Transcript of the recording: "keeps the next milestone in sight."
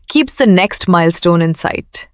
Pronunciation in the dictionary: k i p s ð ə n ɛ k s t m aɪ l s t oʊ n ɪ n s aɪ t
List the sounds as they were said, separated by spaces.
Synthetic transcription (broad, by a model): k i p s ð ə n ɛ k s t m aɪ l s t oʊ n ɪ n s aɪ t